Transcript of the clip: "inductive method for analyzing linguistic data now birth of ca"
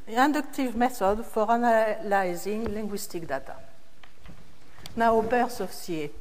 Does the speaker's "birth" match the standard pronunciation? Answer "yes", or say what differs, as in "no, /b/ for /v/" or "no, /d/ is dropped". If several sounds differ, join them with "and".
no, /s/ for /θ/